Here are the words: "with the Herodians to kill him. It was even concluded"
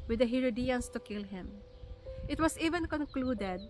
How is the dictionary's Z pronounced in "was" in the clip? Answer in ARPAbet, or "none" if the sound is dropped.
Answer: S